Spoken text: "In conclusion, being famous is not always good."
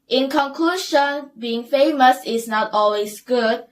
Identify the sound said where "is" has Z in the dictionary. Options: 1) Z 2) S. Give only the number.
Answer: 2